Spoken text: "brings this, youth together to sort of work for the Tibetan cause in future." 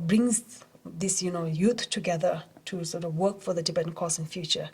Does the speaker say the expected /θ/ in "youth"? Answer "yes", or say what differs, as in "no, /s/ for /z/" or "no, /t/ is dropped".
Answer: no, /t/ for /θ/